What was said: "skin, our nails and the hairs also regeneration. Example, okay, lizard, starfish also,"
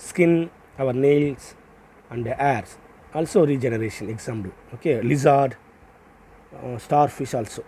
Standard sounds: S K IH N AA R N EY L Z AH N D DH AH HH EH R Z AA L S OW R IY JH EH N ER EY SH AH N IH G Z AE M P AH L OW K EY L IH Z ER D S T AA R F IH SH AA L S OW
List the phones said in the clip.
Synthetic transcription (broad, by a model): S K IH N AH R N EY L S AH N D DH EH R S AA L S OW R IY JH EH N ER EY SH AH N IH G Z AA M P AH L OW K EY L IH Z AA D S T AA R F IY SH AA L S OW